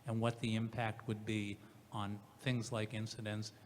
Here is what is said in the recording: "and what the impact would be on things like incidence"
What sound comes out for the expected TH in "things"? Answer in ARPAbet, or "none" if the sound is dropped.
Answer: TH